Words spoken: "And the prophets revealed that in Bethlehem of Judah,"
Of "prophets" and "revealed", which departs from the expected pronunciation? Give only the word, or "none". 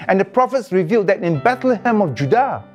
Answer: none